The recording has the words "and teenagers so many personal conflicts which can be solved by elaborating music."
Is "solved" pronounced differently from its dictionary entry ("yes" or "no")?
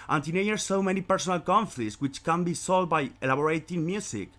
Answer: yes